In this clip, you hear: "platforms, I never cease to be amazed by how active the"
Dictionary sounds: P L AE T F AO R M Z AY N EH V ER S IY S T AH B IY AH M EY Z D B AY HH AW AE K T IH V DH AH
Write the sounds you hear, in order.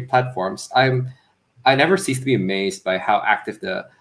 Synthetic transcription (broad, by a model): P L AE T F AO R M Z AY N EH V ER S IY S T AH B IY AH M EY Z D B AY HH AW AE K T IH V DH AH